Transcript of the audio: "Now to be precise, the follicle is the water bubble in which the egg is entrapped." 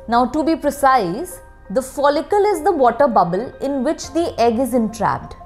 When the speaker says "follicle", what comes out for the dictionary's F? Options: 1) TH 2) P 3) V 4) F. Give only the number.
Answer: 4